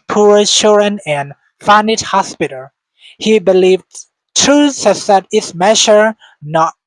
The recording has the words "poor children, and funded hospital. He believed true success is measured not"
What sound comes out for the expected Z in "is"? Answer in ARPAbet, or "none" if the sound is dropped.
S